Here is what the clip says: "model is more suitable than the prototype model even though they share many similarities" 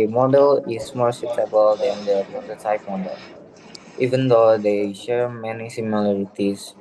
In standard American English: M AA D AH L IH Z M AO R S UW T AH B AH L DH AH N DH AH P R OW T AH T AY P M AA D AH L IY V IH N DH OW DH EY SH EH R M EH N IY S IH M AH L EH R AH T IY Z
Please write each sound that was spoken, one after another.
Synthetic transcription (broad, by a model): M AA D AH L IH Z M AO R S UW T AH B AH L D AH N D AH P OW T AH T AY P M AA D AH L IY V IH N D OW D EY SH EH R M EH N IY S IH M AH L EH R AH T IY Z